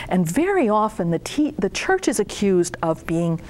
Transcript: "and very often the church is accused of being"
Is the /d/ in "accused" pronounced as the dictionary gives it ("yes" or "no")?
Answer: yes